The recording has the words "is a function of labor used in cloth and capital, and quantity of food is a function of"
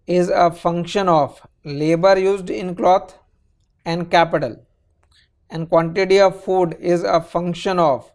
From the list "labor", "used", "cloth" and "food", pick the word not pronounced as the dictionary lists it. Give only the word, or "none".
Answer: cloth